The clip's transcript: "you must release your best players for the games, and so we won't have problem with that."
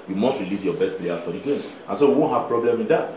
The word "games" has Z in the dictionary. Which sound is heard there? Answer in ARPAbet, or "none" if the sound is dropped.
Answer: none